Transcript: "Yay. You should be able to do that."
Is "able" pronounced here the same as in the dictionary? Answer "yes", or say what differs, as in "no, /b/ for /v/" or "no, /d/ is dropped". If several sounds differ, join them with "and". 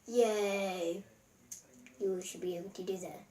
no, /b/ is dropped